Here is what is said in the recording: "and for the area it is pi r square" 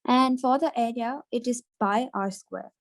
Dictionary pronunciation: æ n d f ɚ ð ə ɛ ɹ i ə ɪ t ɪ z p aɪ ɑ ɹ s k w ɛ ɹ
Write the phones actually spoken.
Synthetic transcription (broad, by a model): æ n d f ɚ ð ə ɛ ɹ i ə ɪ t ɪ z b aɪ ɑ ɹ s k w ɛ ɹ